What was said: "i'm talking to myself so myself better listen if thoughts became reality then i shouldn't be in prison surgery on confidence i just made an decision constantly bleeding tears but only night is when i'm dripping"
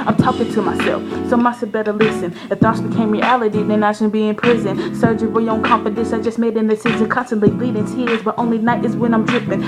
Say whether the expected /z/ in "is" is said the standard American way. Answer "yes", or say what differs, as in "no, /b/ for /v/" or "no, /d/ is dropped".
yes